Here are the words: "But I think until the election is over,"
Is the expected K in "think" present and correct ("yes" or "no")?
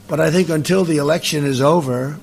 yes